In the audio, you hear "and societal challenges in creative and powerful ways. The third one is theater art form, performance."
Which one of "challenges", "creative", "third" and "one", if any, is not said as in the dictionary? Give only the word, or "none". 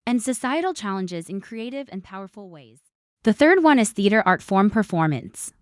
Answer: none